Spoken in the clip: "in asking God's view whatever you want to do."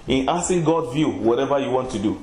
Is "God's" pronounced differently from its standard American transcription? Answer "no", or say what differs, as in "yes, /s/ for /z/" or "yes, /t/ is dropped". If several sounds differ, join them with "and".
yes, /z/ is dropped